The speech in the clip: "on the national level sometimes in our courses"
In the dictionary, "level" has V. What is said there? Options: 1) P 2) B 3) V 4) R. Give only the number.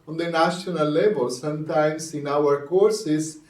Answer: 2